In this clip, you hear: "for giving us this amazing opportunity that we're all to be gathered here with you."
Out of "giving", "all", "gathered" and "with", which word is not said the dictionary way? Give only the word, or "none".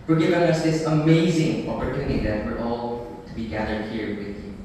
none